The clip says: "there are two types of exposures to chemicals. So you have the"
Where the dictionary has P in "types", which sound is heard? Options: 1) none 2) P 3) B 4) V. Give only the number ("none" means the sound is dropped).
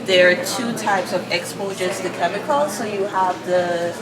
2